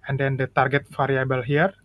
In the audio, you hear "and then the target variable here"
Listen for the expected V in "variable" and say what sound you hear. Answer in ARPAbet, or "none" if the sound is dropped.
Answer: F